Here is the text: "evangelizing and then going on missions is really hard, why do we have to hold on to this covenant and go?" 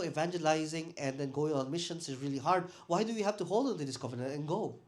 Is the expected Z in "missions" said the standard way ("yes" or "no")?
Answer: no